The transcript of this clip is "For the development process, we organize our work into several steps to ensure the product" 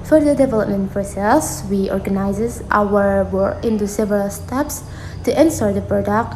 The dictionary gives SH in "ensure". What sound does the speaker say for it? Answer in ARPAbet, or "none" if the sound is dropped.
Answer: S